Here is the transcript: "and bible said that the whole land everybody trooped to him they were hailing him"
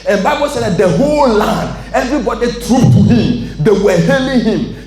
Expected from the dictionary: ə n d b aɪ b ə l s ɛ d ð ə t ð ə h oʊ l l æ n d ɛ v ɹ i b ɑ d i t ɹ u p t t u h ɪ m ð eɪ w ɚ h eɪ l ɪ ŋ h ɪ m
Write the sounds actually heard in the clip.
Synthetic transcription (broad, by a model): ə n b aɪ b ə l s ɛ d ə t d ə h oʊ l l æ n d ɛ v ɹ i b ɑ d i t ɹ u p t t u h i m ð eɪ w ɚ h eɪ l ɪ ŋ h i m